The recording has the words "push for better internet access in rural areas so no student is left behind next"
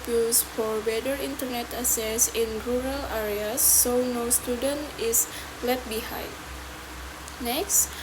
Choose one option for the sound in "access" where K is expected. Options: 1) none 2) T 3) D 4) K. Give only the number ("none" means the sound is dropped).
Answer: 1